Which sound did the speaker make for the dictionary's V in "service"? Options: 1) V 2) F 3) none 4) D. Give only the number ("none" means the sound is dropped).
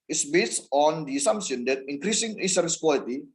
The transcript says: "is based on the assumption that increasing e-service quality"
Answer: 3